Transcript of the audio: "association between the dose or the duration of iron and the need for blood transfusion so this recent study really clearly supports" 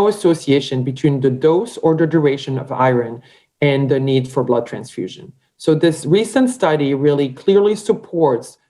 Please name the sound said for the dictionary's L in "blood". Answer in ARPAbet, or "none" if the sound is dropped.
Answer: L